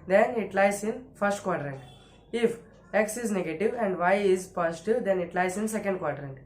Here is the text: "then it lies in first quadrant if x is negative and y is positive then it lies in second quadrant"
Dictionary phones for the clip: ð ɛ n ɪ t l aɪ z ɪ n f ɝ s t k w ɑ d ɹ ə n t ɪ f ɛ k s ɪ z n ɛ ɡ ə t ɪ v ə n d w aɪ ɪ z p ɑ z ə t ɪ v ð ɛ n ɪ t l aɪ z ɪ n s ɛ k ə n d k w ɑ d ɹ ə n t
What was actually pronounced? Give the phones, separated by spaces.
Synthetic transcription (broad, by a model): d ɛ n ɪ t l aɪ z ɪ n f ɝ s t k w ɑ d ɹ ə n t ɪ f ɛ k s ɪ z n ɛ ɡ ə t ɪ v ə n d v aɪ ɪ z p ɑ s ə t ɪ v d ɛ n ɪ t l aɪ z ɪ n s ɛ k ə n d k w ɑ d ɹ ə n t